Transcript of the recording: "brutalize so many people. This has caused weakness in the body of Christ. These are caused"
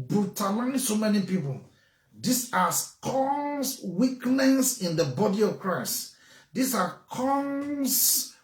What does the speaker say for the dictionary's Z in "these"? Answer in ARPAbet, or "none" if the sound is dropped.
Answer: S